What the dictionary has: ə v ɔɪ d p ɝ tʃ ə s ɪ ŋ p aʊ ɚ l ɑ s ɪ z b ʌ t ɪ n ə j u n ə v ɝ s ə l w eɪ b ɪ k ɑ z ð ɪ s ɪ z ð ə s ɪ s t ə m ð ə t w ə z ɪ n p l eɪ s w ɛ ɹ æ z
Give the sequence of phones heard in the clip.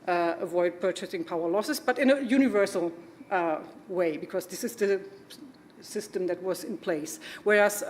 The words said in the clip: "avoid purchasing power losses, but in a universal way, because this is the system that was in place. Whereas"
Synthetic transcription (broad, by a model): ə v ɔɪ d p ɝ tʃ ə s ɪ ŋ p aʊ ɚ l ɑ s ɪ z b ʌ t ɪ n ə j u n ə v ɝ s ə l w eɪ b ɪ k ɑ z ð ɪ s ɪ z ð ə s ɪ s t ə m ð ə t w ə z ɪ n p l eɪ s w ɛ ɹ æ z